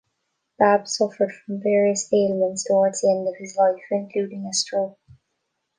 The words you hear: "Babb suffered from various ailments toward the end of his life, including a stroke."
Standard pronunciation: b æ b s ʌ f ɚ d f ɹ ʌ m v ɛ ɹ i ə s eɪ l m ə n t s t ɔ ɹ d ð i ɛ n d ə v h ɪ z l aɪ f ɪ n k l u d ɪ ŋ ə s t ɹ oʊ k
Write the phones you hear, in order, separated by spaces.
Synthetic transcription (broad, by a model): b æ b s ʌ f ɚ d f ɹ ʌ m v ɛ ɹ i ə s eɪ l ə n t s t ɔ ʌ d ð i ɛ n d ə v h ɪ z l aɪ f ɪ n k l u d ɪ ŋ ə s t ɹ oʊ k